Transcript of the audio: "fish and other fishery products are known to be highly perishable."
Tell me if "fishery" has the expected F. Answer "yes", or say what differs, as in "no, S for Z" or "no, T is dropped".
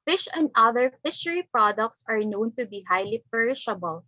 yes